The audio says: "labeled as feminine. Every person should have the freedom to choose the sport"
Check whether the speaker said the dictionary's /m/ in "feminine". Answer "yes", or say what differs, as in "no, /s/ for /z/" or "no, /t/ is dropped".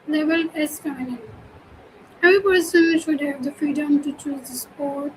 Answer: no, /m/ is dropped